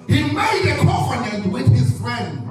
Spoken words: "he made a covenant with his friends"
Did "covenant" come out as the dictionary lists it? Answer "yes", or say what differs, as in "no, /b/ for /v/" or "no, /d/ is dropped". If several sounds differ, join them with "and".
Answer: no, /f/ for /v/